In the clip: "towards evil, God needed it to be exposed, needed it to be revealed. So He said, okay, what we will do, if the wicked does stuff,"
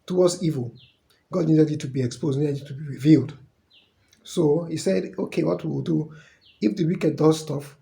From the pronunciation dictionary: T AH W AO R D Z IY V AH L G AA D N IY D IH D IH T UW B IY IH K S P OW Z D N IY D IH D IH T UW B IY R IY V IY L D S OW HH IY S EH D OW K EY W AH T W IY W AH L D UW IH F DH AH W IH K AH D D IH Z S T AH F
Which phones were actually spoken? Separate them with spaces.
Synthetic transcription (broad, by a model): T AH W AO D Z IY V AH L G AA D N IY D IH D IH T UW B IY IH K S P OW Z D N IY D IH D IH T UW B IY R IY V IY L D S OW HH IY S EH D OW K EY W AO T W IY W AH L D UW IH F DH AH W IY K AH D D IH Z S T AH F